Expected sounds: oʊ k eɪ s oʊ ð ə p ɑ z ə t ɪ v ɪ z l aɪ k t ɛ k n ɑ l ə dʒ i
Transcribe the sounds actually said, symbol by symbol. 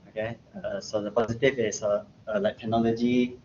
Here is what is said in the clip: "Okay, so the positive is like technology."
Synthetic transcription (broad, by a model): oʊ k eɪ s oʊ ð ə p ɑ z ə t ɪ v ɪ s l aɪ k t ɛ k n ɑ l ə dʒ i